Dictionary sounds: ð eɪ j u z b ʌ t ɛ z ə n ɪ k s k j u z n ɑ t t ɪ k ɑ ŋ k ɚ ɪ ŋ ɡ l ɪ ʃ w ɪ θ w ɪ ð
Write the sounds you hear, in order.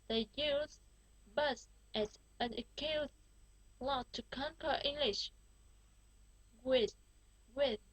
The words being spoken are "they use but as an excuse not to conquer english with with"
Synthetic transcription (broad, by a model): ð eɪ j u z b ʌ t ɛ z ə n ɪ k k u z l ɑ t t ɪ k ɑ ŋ k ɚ ɪ ŋ ɡ l ɪ ʃ w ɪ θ w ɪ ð